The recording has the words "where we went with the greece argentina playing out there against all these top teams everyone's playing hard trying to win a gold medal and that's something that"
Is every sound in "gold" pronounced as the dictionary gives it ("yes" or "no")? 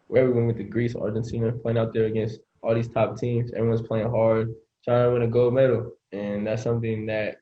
no